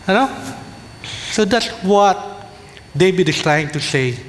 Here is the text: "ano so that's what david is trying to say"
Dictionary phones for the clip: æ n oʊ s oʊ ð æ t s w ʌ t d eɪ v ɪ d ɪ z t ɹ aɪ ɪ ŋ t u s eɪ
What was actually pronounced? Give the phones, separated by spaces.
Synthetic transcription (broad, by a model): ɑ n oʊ s oʊ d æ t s w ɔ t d eɪ b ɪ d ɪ s t ɹ aɪ ɪ ŋ t u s eɪ